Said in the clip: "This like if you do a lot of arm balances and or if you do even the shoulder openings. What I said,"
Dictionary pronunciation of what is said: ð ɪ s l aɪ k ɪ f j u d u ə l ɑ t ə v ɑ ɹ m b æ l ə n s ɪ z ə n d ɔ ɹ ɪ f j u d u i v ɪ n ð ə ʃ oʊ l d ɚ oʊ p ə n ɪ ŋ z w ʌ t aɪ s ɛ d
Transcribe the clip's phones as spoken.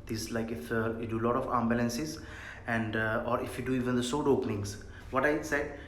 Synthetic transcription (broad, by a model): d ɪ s l aɪ k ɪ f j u d u l ɑ t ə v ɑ m b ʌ l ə n s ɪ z ə n d ɔ ɹ ɪ f j u d u i v ɪ n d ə s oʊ d oʊ p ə n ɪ ŋ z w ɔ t aɪ s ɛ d